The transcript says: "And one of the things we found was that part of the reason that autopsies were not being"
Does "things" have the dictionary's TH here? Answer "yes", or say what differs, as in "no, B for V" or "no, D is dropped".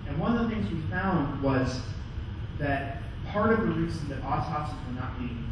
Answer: yes